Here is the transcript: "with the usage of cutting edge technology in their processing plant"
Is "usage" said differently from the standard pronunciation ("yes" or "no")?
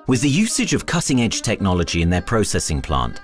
no